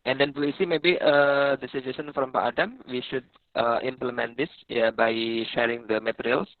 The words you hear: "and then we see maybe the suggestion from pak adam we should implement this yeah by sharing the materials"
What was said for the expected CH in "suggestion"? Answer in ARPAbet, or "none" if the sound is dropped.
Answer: none